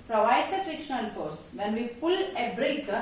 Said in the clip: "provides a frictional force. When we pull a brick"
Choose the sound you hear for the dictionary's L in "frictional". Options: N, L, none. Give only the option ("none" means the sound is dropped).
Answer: N